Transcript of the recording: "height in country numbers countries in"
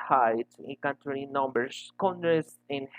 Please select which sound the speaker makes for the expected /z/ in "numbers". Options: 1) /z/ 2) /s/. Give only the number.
2